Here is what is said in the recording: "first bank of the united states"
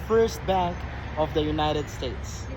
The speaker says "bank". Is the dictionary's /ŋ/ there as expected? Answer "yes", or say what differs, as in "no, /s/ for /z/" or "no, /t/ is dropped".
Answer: no, /ŋ/ is dropped